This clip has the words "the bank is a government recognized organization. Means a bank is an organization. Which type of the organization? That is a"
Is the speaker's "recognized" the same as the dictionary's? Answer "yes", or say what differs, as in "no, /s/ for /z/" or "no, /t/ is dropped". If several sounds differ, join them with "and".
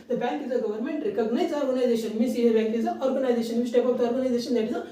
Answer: no, /d/ is dropped